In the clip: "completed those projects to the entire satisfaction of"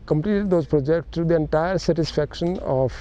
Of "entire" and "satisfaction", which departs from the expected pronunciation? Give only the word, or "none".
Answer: none